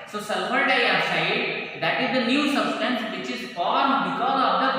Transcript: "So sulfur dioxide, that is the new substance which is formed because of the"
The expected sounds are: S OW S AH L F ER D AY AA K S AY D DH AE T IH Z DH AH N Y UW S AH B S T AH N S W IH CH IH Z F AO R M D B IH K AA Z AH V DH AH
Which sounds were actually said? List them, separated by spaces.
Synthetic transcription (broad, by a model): S OW S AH L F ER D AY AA S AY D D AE T IH Z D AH N Y UW S AH B S T AH N S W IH CH IH Z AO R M B IH K AA Z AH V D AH